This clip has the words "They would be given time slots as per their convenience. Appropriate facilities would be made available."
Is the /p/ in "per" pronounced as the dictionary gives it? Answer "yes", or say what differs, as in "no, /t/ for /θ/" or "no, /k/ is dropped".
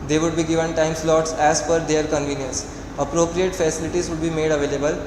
no, /f/ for /p/